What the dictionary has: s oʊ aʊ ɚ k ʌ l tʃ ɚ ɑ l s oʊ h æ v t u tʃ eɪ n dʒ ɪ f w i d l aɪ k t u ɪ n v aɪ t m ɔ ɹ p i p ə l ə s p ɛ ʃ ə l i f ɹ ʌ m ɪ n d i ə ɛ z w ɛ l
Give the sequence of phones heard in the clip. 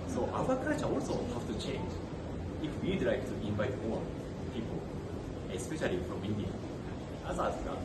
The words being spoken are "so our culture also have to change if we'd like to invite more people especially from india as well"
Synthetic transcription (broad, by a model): s oʊ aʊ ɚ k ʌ tʃ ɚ ɑ l s oʊ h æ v t u tʃ eɪ n dʒ ɪ f w i d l aɪ t u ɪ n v aɪ t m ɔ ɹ p i p ə l ə s p ɛ ʃ ə l i f ɹ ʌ m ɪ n d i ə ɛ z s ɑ